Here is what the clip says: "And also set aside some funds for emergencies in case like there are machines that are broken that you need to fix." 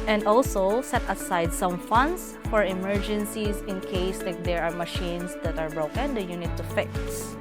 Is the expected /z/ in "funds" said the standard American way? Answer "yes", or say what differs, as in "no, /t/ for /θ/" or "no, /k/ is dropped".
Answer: no, /s/ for /z/